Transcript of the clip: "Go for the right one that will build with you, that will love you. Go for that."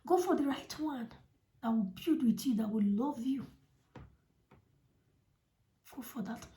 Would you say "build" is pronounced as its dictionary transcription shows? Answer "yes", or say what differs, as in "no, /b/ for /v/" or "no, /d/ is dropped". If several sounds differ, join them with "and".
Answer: no, /l/ is dropped